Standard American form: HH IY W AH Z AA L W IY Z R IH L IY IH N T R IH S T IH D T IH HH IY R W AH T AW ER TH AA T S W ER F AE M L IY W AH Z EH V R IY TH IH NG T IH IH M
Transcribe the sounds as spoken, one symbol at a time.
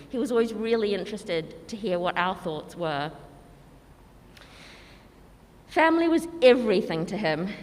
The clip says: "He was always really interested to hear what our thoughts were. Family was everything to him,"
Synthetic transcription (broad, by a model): HH IY W AH Z AA L W IY Z R IH L IY IH N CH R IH S T IH D T IH HH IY R W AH T AW ER TH AA T S W ER F AE M L IY W AH Z EH V R IY TH IH NG T IH IH M